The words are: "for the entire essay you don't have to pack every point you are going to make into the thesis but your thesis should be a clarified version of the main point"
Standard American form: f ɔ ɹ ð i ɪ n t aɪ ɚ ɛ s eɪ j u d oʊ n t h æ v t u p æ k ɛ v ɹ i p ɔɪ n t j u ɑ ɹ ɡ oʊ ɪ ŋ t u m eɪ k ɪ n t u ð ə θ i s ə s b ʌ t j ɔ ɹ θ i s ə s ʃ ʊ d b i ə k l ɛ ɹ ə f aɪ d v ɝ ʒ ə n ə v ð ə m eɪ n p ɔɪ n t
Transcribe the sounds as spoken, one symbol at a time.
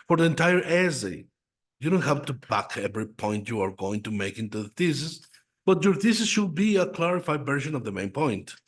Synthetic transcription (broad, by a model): f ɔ ɹ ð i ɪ n t aɪ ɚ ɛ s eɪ j u d oʊ n t h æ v t u b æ k ɛ v ɹ i p ɔɪ n t j u ɑ ɹ ɡ oʊ ɪ ŋ t u m eɪ k ɪ n t u ð ə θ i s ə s b ʌ t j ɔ ɹ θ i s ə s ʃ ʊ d b i ə k l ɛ ɹ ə f aɪ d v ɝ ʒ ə n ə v ð ə m eɪ n p ɔɪ n t